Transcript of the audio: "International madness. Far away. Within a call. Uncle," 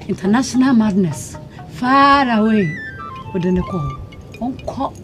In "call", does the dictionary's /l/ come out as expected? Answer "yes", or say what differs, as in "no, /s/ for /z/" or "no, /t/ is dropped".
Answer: no, /w/ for /l/